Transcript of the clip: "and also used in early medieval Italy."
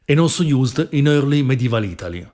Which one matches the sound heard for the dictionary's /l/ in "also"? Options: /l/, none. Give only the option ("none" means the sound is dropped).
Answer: none